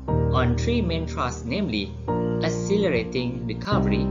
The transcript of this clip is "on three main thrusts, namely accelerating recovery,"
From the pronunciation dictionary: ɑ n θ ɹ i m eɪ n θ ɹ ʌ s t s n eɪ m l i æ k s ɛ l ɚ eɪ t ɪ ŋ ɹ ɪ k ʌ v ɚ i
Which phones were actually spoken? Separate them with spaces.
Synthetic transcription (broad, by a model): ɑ n t ɹ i m eɪ n t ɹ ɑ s s n eɪ m l i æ s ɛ l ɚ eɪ t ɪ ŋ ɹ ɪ k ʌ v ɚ i